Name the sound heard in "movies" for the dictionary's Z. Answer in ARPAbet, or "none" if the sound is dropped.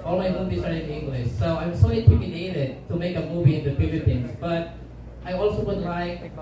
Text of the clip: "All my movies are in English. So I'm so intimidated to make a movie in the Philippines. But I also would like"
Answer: S